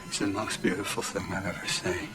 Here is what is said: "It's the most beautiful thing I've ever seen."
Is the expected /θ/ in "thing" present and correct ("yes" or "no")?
yes